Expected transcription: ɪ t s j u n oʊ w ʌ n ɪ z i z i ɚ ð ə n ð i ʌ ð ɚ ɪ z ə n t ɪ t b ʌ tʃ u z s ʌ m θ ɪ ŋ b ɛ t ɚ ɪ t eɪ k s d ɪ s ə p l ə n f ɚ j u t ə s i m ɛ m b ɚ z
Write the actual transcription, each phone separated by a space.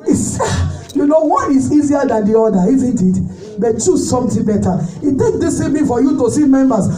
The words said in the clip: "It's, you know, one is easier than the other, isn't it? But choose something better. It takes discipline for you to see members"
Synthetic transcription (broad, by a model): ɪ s j u n oʊ w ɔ n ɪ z i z i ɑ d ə n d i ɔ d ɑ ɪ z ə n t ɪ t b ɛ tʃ u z s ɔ m t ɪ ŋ b ɛ t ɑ ɪ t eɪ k d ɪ s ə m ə f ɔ j u t ə s i m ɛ m b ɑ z